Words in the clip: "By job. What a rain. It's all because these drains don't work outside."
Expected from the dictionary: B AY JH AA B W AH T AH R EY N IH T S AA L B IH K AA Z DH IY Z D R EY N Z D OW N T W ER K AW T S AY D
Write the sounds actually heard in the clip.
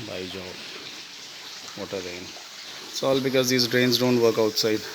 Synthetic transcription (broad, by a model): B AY JH AA B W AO T AH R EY IH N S AA L B IH K AA Z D IY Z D R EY N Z D OW N T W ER K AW T S AY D